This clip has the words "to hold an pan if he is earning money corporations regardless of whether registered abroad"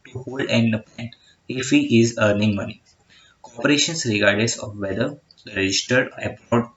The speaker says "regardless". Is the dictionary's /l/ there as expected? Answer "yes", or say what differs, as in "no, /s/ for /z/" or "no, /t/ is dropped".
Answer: no, /l/ is dropped